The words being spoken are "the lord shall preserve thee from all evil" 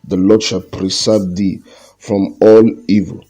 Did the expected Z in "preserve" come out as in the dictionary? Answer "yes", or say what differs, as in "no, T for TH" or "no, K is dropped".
no, S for Z